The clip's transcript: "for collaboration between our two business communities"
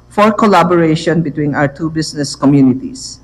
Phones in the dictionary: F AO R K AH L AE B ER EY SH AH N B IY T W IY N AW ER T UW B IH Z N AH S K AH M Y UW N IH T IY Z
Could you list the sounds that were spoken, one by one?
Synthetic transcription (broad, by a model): F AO R K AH L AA B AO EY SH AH N B IY T W IY N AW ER T UW B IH S N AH S K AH M Y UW N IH T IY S